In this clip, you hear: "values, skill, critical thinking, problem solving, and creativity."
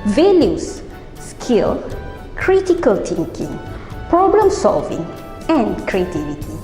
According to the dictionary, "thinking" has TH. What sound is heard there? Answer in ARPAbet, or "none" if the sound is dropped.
T